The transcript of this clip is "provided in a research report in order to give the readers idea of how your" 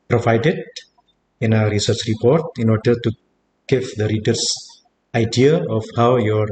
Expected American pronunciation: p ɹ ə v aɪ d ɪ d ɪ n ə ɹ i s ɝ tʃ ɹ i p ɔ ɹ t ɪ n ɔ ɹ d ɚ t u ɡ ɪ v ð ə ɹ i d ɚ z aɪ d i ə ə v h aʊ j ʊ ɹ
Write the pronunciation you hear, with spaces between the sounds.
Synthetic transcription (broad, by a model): p ɹ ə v aɪ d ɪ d ɪ n ə ɹ i s ɝ tʃ ɹ i p ɔ ɹ t ɪ n ɔ ɹ d ɚ t u ɡ ɪ v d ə ɹ i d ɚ s aɪ d i ə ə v h aʊ j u ɹ